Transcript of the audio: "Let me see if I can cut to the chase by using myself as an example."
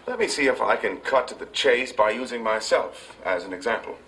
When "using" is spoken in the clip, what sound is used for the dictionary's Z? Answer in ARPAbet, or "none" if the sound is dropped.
Z